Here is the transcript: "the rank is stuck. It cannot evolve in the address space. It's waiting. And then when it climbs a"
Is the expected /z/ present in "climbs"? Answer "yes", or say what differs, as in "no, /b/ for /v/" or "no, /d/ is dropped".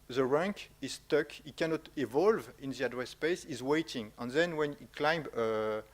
no, /z/ is dropped